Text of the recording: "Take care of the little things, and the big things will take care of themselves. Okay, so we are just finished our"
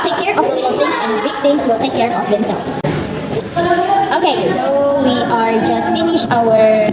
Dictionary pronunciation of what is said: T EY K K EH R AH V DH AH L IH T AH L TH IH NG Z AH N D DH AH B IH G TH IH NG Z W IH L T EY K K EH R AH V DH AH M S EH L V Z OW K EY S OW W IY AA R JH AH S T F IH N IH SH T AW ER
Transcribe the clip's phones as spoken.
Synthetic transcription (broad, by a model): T EY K K EH R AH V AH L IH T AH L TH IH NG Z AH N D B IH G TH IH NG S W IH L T EY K K EH R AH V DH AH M S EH L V S OW K EY S OW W IY AA R JH AH S T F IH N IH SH AW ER